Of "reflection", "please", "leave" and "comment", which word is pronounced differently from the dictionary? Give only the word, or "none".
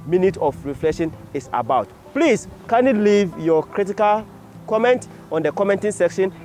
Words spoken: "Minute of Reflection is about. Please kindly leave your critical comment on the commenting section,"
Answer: please